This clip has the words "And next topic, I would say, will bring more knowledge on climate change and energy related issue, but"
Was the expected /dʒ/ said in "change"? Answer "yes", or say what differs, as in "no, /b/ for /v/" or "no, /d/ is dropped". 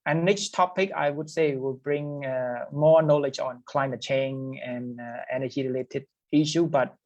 no, /dʒ/ is dropped